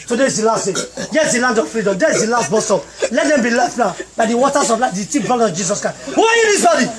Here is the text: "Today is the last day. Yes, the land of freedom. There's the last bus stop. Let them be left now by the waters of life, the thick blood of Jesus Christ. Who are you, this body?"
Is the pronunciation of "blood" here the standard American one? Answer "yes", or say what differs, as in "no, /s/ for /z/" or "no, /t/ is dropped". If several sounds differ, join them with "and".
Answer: no, /l/ is dropped